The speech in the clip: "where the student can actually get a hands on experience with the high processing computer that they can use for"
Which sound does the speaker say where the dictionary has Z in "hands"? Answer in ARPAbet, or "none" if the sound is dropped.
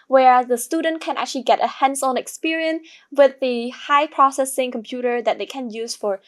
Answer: S